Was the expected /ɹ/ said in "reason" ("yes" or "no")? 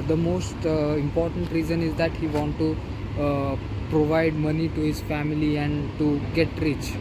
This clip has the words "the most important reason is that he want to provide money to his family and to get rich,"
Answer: yes